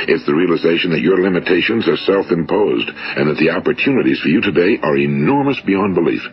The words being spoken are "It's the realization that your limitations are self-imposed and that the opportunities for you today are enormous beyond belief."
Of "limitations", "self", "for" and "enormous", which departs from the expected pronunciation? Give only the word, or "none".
none